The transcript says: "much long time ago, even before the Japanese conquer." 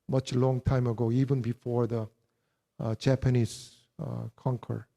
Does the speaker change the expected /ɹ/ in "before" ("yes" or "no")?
no